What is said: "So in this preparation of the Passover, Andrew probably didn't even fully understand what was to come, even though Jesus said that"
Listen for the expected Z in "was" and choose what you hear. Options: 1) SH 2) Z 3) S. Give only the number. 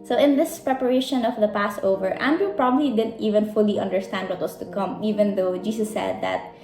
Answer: 3